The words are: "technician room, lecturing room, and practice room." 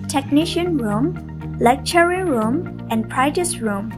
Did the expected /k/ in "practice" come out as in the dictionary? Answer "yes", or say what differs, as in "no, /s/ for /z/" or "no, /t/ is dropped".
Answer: no, /k/ is dropped